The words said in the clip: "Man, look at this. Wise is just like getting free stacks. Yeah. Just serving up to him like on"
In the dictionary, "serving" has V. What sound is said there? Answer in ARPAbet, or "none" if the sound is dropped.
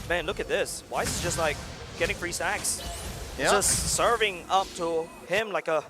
V